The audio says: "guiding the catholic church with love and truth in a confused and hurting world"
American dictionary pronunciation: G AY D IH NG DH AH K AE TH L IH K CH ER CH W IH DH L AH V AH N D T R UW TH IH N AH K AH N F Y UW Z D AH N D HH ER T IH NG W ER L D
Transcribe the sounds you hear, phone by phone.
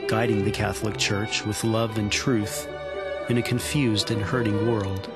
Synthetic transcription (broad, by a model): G AY D IH NG DH AH K AE TH L IH K CH ER CH W IH DH L AH V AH N T R UW TH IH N AH K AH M F Y UW Z D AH N HH ER T IH NG W ER L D